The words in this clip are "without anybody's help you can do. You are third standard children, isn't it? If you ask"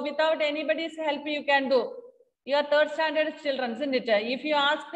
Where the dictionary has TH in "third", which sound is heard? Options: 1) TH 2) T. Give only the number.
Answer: 2